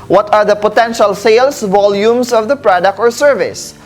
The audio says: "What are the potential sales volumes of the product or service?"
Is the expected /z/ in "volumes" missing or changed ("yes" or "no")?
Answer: yes